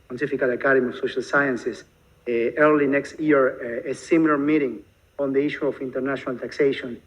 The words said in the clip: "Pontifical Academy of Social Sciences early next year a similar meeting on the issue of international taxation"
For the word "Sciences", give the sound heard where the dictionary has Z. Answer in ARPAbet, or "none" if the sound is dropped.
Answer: S